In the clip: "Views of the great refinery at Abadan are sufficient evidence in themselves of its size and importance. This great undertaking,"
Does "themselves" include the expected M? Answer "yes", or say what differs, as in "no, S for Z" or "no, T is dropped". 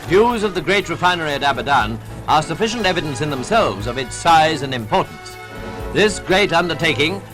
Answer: yes